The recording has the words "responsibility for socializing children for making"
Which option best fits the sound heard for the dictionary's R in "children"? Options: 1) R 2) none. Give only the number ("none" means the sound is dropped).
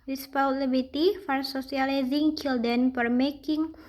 2